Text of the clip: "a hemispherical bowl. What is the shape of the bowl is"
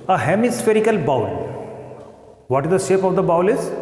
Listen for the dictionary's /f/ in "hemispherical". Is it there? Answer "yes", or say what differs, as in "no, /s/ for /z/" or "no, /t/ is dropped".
yes